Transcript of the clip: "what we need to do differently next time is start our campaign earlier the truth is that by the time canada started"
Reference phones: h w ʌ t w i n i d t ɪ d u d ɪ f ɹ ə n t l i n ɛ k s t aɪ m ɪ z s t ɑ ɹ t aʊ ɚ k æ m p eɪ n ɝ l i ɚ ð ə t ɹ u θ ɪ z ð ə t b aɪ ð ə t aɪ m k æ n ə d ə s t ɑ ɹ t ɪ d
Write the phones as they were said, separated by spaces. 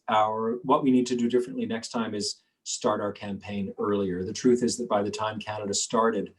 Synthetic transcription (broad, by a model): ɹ w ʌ t w i n i d t ɪ d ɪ d ɪ f ɹ ə n t l i n ɛ k s t aɪ m ɪ z s t ɑ ɹ t aʊ ɚ k æ m p eɪ n ɝ l i ɚ ð ə t ɹ u θ ɪ z ð ə t b aɪ ð ə t aɪ m k æ n ə d ə s t ɑ ɹ t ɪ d